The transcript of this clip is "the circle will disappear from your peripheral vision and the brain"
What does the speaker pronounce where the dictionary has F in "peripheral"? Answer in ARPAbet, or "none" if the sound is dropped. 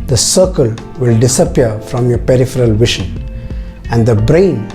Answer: F